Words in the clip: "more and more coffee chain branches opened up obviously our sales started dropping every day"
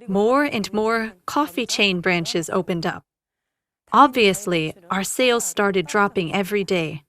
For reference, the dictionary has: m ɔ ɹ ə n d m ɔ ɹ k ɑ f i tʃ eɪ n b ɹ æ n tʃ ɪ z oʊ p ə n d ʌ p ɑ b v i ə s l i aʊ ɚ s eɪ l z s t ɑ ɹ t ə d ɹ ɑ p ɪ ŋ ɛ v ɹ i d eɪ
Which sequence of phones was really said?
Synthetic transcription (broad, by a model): m ɔ ɹ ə n m ɔ ɹ k ɑ f i tʃ eɪ n b ɹ æ n tʃ ɪ z oʊ p ə n d ʌ p ɑ b v i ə s l i aʊ ɚ s eɪ l z s t ɑ ɹ t ə d ɹ ɑ p ɪ ŋ ɛ v ɹ i d eɪ